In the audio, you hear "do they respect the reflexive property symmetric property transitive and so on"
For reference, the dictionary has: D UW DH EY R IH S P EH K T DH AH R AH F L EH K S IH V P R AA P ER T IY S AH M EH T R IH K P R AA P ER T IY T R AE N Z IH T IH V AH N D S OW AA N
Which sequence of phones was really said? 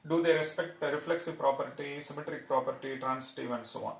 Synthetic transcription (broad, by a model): D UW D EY R IH S P EH K T R AH F L EH K S IH V P R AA P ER T IY S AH M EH T R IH K P R AA P ER T IY T R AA N S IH T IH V AH N D S OW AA N